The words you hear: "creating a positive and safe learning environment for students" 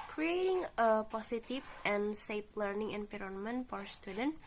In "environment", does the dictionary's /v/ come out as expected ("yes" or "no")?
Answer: no